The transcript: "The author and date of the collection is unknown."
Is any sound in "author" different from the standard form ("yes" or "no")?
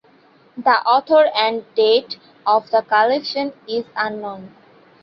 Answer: yes